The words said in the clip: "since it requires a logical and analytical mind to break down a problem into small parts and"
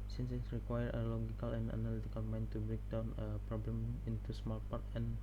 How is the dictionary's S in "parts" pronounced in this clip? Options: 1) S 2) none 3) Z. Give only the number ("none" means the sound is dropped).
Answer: 2